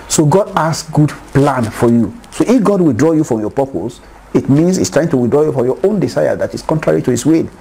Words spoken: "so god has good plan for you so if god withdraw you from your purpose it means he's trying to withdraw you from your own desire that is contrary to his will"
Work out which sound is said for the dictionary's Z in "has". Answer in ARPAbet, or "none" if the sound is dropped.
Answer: S